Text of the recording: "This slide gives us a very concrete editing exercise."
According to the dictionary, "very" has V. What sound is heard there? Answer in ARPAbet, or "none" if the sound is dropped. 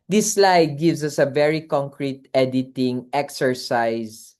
V